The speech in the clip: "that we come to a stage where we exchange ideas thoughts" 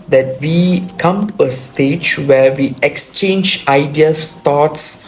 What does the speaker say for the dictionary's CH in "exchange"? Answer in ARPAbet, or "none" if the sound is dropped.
CH